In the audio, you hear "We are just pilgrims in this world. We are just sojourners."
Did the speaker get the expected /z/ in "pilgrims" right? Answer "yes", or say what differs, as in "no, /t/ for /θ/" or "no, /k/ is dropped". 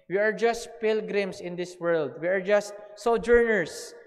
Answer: no, /s/ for /z/